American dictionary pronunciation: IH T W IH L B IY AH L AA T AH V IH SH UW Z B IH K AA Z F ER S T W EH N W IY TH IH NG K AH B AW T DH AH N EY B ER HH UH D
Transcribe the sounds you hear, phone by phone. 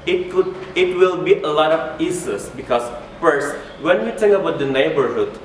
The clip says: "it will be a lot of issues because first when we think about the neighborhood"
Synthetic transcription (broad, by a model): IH T W IH L B IY AH L AA T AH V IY S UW S B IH K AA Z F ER S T W EH N W IY T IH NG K AH B AW T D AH N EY B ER HH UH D